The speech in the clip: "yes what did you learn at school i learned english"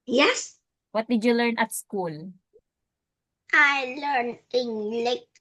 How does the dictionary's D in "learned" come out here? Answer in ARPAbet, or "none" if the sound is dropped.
none